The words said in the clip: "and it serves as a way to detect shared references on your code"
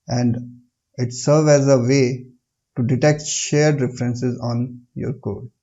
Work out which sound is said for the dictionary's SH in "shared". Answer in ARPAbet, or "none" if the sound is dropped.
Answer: SH